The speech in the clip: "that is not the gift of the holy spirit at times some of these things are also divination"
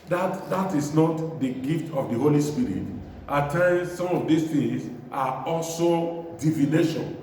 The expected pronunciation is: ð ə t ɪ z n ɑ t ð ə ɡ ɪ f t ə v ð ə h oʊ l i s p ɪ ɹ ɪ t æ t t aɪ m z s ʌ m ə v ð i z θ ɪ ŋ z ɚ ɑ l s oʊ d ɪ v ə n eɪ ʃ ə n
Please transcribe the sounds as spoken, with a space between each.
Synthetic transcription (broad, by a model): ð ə t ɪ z n ɑ t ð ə ɡ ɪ f t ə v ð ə h oʊ l i s p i ɹ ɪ t t t aɪ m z s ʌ m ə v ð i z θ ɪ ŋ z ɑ ɑ l s oʊ d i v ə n eɪ ʃ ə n